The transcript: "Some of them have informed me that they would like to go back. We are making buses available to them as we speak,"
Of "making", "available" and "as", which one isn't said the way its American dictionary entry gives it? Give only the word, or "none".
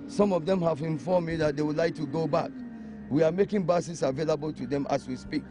as